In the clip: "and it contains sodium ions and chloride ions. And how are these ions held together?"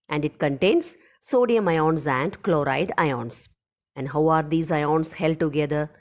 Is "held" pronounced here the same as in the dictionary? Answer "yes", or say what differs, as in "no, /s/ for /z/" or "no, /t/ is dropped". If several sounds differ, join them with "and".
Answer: yes